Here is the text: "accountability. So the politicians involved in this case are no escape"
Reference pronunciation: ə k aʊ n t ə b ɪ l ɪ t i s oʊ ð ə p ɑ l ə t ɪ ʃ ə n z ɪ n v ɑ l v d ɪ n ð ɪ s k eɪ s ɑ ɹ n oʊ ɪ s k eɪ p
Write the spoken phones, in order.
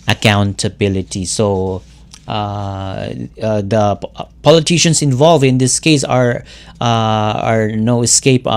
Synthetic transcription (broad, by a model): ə k aʊ n t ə b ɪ l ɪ t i s oʊ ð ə p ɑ l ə t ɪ ʃ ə n s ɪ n v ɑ l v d ɪ n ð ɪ s k eɪ s ɑ ɹ n oʊ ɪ s k eɪ p